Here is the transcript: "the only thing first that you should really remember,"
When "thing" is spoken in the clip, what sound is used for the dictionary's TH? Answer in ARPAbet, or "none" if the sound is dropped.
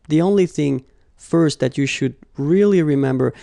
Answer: TH